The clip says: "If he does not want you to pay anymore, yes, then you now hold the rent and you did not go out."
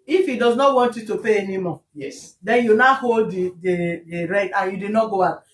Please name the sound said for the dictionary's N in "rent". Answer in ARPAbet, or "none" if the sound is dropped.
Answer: none